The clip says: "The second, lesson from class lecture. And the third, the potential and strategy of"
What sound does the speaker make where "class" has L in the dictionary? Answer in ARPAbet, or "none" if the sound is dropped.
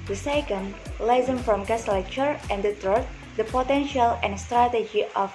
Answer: none